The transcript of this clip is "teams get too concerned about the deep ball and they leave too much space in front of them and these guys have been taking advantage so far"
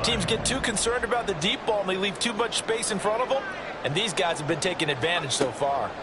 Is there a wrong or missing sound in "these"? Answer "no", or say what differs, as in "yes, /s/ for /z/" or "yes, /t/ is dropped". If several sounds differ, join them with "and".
no